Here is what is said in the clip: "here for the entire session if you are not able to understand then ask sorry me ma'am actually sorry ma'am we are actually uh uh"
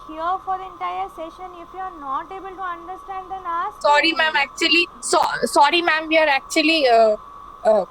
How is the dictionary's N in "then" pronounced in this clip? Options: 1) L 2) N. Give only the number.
1